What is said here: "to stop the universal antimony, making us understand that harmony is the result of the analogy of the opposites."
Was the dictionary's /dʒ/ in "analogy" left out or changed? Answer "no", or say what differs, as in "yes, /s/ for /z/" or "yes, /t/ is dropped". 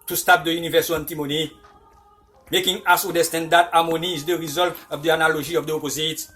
yes, /ʒ/ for /dʒ/